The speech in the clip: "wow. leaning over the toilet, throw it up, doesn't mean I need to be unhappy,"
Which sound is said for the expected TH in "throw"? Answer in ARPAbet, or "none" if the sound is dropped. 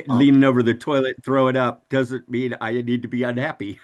TH